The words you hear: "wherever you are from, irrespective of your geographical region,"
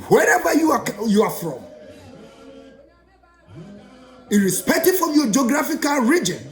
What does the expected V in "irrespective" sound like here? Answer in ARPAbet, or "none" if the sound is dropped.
F